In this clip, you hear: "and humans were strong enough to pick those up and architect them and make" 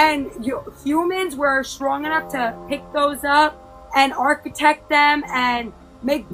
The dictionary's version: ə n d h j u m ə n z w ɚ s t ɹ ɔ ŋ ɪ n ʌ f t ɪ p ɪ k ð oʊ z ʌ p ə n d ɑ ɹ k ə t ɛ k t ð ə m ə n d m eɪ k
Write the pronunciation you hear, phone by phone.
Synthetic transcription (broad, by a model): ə n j h j u m ə n z w ɚ s t ɹ ɔ ŋ ɪ n ʌ f t ɪ p ɪ k ð oʊ z ʌ p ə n ɑ ɹ k ə t ɛ k t ð ə m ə n m eɪ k